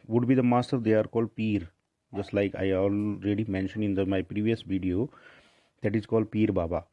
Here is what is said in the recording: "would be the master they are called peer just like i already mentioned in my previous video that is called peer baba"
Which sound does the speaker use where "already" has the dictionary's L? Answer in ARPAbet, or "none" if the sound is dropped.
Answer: L